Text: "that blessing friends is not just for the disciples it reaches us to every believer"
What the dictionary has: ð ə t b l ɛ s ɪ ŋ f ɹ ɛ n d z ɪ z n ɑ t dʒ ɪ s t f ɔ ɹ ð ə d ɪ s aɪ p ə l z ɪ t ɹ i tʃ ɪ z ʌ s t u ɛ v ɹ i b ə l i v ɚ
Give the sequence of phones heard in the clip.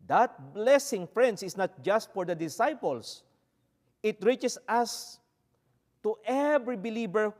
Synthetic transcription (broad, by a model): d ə t b l ɛ s ɪ ŋ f ɹ ɛ n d s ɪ s n ɑ t dʒ ɪ s t f ɔ ɹ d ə d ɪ s aɪ p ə l s ɪ t ɹ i tʃ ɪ s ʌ s t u ɛ v ɹ i b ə l i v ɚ